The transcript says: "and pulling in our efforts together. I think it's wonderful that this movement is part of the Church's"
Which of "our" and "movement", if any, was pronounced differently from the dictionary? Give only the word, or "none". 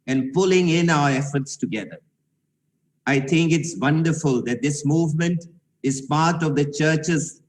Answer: none